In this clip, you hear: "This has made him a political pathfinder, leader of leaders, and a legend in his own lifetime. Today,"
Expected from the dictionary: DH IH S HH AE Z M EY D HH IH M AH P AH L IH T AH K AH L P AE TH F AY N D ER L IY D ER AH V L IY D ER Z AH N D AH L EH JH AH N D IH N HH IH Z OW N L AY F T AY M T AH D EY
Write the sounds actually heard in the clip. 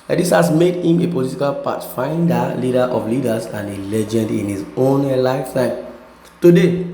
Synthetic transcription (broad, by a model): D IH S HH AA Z M EY D HH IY M AH P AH L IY T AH K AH L P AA T F AY N D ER L IY D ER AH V L IY D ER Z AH N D AH L EH JH AH N D IH N HH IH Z OW N L AY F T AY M T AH D EY